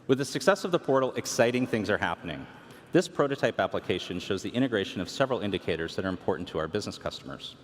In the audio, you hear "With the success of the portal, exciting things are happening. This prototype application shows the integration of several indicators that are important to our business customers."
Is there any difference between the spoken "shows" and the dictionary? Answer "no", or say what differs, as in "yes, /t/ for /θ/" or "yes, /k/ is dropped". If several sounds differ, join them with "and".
no